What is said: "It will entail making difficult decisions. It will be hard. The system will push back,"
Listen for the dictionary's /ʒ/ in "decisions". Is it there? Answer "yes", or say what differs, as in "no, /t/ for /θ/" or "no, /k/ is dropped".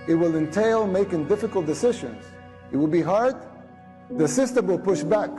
yes